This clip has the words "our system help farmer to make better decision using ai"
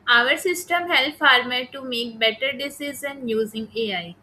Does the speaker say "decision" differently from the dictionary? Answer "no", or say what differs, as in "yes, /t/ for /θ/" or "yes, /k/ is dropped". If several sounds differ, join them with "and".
yes, /z/ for /ʒ/